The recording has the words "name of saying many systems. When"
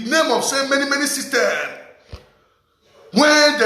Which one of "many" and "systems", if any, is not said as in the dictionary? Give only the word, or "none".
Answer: systems